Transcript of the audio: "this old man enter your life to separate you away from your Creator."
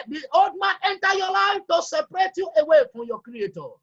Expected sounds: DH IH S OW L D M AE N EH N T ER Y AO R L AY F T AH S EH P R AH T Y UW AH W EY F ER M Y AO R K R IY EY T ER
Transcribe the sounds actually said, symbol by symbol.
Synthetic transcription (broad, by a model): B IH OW D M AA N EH N T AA Y AO L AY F T AH S EH P R AH T Y UW AH W EY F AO Y AO K R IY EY T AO